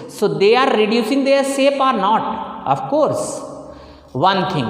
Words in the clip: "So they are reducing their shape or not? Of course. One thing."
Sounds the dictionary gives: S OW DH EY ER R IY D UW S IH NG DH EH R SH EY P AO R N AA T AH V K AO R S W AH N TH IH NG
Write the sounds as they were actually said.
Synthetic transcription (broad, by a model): S OW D EY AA R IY D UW S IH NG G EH R S EY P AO R N AA T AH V K AO R S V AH N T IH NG